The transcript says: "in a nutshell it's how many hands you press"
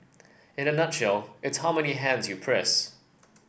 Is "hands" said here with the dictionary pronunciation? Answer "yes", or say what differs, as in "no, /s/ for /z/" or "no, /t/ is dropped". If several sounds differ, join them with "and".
yes